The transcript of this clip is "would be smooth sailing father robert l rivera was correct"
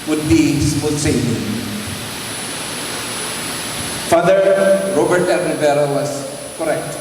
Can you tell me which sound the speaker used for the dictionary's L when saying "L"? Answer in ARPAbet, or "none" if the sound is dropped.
N